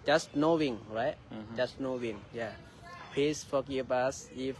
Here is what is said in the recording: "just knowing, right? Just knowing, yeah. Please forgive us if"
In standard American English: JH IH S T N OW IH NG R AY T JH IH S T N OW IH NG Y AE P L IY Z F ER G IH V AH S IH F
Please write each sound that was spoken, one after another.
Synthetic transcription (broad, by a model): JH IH S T N OW IH NG R AY T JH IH S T N OW IH NG Y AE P IY S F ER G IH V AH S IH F